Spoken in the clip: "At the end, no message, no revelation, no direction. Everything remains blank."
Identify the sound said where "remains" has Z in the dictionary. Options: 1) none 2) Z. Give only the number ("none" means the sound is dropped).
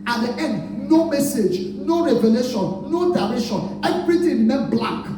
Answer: 1